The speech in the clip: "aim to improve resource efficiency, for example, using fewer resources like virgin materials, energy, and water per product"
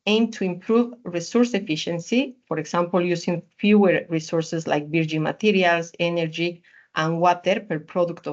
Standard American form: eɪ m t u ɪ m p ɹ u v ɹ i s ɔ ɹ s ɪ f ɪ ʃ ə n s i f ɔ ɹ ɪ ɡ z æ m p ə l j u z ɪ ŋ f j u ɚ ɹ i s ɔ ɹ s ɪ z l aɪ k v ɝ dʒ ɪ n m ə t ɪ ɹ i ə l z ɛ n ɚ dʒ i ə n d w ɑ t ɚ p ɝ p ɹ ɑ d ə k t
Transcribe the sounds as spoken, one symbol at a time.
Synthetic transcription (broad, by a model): eɪ m t u ɪ m p ɹ u v ɹ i s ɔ ɹ s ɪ f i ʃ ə n s i f ɔ ɹ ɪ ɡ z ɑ m p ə l j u s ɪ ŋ f j u ɚ ɹ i s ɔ ɹ s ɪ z l aɪ k b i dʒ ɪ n m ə t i ɹ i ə l s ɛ n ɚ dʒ i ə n w ɑ t ɚ p ɝ p ɹ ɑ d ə k t